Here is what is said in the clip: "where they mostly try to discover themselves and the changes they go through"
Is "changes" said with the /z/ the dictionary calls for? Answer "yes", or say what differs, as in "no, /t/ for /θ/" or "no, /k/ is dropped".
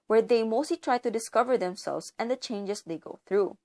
no, /s/ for /z/